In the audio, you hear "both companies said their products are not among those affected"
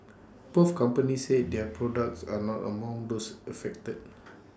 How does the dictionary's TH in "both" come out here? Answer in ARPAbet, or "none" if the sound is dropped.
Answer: F